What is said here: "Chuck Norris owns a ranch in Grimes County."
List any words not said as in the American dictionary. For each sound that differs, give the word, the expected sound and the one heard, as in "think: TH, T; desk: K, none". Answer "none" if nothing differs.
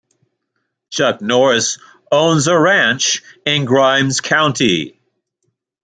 none